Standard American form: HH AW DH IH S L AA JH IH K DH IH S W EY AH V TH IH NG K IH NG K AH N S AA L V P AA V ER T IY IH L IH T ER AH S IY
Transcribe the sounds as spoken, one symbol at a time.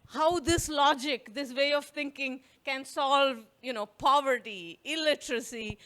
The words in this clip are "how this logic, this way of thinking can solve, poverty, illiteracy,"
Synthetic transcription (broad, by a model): HH AW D IH S L AA JH IH K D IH S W EY AH V T IH NG K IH NG K AH N S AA L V P AA V ER T IY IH L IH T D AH S IY